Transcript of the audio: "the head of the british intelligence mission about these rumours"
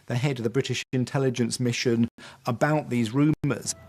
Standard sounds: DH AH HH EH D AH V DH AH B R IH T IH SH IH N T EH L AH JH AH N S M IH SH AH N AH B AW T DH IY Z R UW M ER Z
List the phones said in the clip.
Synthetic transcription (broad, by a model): DH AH HH EH D AH V DH AH B R IH T IH SH IH N T EH L AH JH AH N S M IH SH AH N AH B AW T DH IY Z R UW M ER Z